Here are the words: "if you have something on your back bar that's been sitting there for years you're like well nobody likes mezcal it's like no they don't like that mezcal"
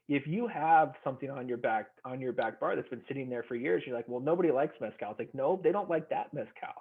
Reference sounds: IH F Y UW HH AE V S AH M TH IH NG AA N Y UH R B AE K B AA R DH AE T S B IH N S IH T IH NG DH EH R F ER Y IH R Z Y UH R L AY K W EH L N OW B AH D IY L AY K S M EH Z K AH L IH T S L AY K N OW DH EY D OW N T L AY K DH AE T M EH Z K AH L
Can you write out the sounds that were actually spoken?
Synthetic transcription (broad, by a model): IH F Y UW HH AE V S AH M TH IH NG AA N Y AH R B AE K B AA R DH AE T S B IH N S IH T IH NG DH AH R F ER Y IH R Z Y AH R L AY K W EH L N OW B AH D IY L AY K S M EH S K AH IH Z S L AY K N OW DH EY D OW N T L AY K DH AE T M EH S K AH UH